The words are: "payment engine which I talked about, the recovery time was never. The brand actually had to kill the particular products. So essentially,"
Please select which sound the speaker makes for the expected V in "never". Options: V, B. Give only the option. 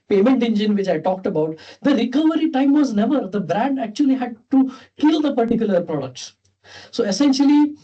V